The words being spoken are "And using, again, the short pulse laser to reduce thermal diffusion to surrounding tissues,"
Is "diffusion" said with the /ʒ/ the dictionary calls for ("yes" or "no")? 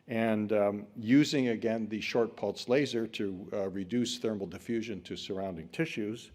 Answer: yes